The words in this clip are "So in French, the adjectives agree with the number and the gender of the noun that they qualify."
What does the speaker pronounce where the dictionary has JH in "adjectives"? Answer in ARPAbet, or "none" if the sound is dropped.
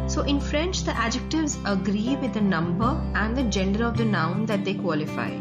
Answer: JH